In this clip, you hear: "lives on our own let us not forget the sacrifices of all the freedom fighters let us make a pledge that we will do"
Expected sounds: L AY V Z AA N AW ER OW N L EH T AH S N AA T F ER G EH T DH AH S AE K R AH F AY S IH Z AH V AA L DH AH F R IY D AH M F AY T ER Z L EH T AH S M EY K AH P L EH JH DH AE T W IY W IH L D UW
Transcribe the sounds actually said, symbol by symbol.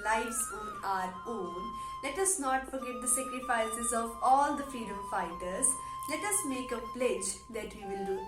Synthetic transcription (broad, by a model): L AY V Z AA N AW ER OW N L EH T AH S N AA T F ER G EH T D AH S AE K R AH F AY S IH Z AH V AA L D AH F IY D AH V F AY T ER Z L EH T AH S M EY K AH P L EH JH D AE T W IY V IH L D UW